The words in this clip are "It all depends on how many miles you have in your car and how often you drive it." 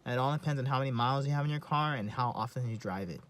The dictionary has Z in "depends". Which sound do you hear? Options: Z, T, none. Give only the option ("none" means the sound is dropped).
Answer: Z